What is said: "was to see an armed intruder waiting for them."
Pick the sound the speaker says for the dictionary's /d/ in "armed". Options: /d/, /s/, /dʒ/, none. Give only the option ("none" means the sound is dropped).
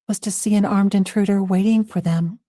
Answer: /d/